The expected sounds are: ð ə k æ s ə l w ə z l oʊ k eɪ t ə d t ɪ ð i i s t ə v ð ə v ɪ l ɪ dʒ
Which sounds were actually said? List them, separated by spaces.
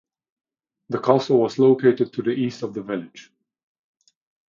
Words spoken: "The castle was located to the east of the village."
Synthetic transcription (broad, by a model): ð ə k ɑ s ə l w ə z l oʊ k eɪ t ə d t ɪ ð i i s t ə v ð ə v ɪ l ɪ dʒ